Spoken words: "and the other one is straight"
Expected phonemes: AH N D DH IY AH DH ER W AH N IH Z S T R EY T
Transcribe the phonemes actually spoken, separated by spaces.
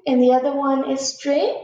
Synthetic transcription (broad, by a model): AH N DH IY AH DH ER W AH N IH Z S T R EY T